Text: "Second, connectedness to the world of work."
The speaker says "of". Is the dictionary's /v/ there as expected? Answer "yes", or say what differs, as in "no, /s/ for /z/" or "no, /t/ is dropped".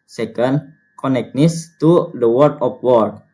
no, /p/ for /v/